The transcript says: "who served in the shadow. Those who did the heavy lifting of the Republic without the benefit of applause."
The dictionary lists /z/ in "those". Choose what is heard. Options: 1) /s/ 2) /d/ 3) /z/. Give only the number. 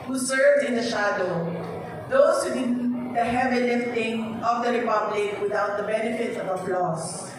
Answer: 1